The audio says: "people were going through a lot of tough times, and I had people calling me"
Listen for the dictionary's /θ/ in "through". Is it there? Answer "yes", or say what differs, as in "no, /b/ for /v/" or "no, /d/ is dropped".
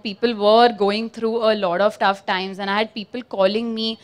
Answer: no, /t/ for /θ/